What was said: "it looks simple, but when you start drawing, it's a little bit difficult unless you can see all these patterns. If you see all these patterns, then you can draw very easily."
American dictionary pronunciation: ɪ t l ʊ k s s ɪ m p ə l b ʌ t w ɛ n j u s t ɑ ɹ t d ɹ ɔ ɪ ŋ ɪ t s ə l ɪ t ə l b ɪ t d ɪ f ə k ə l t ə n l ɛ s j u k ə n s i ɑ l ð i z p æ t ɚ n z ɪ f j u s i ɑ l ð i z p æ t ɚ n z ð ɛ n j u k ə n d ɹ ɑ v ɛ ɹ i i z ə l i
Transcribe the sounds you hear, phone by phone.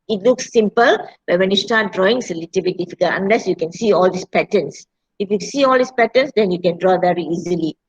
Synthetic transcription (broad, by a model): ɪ t l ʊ k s s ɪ m p ə l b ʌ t w ɛ n j u s t ɑ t d ɹ ɔ ɪ ŋ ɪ s ə l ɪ t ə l b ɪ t d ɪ f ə k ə l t ə n l ɛ s j u k ə n s i ɑ l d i s p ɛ t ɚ n s ɪ f j u s i ɑ l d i s p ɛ t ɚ n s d ɛ n j u k ə n d ɹ ɑ v ɛ ɹ i i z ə l i